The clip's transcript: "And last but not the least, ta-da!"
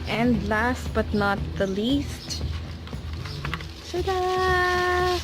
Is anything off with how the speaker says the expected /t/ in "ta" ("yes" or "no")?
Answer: yes